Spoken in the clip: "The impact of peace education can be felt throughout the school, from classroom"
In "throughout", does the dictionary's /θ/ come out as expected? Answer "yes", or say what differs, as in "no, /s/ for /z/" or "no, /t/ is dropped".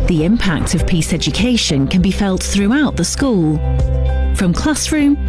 yes